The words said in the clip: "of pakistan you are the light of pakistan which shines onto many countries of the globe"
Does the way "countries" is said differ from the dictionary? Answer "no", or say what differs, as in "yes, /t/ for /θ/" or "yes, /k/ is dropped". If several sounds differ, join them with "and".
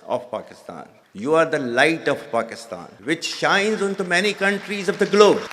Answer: no